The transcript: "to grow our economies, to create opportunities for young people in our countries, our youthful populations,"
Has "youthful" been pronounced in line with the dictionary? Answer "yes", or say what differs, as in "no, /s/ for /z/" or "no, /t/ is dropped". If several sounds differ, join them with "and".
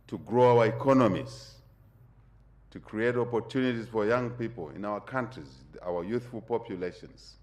yes